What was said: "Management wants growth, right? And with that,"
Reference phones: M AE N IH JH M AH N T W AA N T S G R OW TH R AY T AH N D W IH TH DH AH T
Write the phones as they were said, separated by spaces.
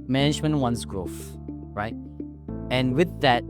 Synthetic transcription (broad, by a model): M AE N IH JH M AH N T W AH N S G R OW F R AY T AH N W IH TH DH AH T